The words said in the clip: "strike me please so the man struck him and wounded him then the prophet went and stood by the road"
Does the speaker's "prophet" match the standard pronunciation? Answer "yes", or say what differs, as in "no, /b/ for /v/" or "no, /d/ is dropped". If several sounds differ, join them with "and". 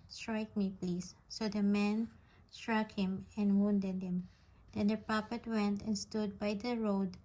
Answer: no, /p/ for /f/